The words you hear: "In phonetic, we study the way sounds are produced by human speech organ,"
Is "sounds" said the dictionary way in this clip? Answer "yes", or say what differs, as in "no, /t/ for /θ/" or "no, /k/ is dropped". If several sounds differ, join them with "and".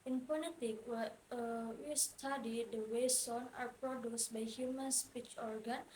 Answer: no, /z/ is dropped